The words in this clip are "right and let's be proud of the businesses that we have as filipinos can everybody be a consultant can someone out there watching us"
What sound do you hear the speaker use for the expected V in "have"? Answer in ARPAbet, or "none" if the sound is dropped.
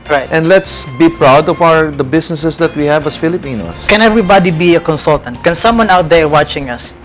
V